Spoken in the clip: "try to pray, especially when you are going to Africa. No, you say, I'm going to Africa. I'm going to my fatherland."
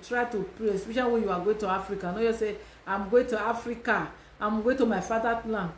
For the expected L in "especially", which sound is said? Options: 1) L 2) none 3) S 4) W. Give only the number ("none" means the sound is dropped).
2